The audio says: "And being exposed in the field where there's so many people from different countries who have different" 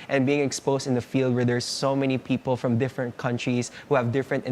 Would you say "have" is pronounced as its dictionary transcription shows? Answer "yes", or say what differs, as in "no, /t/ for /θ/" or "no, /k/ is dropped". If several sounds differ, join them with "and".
yes